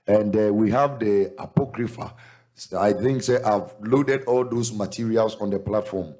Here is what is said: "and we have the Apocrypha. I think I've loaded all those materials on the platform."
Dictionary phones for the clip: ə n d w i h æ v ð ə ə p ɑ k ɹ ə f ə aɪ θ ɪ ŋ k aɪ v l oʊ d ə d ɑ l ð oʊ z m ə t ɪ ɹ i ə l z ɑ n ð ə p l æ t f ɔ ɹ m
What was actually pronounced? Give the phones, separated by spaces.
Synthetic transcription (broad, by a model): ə n d w i h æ v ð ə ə p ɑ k ɹ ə f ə aɪ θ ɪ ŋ k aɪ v l oʊ d ə d ɑ l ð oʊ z m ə t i ɹ i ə l s ɑ n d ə p l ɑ t f ɔ m